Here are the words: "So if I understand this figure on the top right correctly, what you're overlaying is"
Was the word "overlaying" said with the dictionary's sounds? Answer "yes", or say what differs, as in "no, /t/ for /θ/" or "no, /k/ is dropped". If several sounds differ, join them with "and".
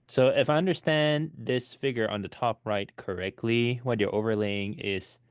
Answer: yes